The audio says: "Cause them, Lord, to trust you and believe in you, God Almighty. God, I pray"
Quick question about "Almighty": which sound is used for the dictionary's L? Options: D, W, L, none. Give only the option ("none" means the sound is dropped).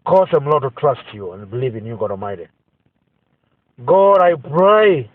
none